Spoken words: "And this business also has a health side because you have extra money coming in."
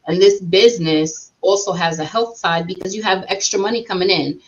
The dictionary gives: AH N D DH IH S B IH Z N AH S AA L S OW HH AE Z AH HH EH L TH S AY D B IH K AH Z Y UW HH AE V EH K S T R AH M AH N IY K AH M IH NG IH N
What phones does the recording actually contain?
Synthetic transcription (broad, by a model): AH N DH IH S B IH Z N AH S AA L S OW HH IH Z AH HH EH L TH S AY D B IH K AH Z Y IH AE V EH K S T R AH M AH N IY K AH M IH NG IH N